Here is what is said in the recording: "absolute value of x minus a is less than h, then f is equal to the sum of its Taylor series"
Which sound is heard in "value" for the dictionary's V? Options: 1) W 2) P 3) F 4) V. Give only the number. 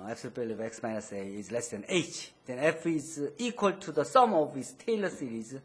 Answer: 2